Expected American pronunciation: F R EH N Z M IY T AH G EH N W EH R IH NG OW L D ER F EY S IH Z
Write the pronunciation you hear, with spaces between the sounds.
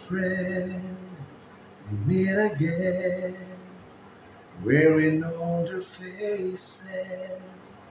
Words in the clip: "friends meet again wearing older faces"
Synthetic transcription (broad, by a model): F R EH N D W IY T AH G EH N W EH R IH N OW D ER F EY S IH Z